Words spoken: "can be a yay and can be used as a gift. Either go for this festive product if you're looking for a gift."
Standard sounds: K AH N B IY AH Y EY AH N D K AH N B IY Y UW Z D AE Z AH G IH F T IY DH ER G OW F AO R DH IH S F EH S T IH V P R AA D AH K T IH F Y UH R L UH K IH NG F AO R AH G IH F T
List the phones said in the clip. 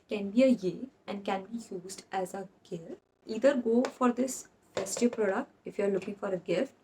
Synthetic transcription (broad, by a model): K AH N B IY AH Y EY AH N D K AH N B IY Y UW Z D AE Z AH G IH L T IY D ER G OW F AO R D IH S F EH S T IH P R AA D AH K T IH F Y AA R L UH K IH NG F AO R AH G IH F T